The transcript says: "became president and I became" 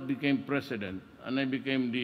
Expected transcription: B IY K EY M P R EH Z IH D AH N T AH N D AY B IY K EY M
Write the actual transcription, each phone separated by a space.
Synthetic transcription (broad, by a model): B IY K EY M P R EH S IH D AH N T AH N AY B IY K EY M